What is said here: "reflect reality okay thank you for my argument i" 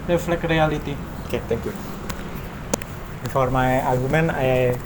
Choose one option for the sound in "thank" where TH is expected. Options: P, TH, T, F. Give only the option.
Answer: T